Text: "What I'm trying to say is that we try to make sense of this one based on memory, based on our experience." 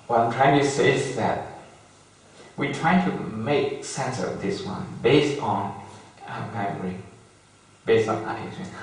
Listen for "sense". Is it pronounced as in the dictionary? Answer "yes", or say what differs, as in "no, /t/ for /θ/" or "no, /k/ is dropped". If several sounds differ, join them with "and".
yes